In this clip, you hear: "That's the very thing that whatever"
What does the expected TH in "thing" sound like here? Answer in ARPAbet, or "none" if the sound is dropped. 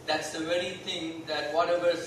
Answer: T